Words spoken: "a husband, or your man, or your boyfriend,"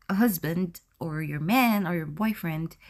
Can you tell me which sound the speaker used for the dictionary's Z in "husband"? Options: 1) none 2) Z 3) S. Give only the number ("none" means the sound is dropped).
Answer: 2